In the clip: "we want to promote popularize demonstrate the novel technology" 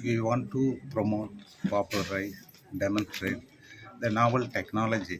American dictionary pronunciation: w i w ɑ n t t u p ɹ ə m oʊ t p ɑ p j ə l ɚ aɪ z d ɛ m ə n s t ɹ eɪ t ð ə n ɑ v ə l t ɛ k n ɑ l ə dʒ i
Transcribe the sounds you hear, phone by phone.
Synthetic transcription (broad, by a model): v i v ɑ n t t u p ɹ ə m oʊ t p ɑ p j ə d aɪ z d ɛ m ə n s t ɹ eɪ t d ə n ɑ v ə l t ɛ k n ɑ l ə dʒ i